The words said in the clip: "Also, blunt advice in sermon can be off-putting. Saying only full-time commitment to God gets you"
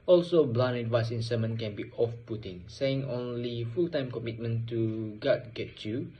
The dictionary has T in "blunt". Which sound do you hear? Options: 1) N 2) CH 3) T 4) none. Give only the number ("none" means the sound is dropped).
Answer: 4